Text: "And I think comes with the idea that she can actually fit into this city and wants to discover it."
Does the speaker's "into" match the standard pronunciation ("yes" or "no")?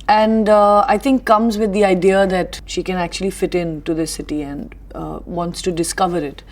yes